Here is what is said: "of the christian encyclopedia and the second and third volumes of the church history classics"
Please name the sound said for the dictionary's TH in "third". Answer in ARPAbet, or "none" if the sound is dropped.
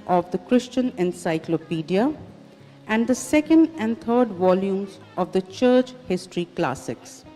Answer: T